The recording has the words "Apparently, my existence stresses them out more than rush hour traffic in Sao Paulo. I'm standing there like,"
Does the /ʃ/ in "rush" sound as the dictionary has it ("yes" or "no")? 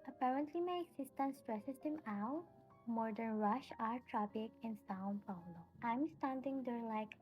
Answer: yes